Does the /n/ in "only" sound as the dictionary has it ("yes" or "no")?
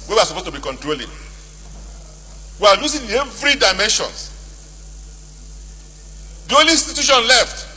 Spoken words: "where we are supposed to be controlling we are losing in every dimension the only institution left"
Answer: no